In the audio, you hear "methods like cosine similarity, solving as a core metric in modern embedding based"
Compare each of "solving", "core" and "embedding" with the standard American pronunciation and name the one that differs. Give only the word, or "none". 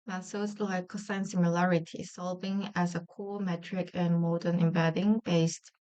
core